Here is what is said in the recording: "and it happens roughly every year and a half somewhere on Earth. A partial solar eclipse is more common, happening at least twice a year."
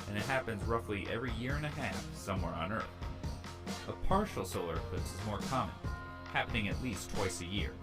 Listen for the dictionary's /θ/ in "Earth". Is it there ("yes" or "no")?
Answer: yes